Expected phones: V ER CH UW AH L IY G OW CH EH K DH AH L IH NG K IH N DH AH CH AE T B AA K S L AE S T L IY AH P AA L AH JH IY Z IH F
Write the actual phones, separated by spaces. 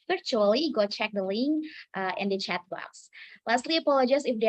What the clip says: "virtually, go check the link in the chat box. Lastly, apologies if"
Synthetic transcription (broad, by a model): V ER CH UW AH L IY G OW CH EH K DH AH L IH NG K IH N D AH CH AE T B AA S L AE S T L IY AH P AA L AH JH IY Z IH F